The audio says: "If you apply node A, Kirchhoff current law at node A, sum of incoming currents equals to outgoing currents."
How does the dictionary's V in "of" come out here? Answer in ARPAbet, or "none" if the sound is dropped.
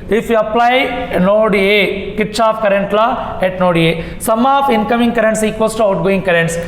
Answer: P